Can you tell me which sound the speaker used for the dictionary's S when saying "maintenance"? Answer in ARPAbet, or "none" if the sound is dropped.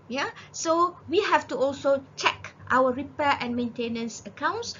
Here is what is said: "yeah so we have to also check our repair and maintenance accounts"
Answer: S